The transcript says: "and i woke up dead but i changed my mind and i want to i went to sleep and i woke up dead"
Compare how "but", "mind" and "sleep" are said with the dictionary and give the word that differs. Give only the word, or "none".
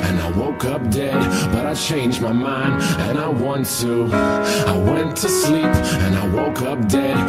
none